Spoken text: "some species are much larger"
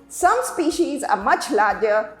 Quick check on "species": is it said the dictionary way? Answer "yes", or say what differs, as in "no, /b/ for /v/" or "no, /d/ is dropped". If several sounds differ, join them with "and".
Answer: yes